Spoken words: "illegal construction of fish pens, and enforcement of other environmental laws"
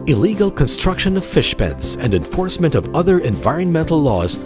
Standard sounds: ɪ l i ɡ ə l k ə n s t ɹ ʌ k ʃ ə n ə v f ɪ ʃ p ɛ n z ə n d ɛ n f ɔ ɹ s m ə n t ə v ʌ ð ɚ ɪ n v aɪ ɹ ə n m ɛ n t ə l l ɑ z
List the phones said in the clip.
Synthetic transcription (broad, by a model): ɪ l i ɡ l k ə n s t ɹ ʌ k ʃ ə n ə v f ɪ ʃ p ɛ n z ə n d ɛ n f ɔ ɹ s m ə n t ə v ʌ ð ɚ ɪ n v aɪ ɹ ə n m ɛ n t l l ɑ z